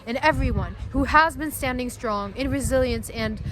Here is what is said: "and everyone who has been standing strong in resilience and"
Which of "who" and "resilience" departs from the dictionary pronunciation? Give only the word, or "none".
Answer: none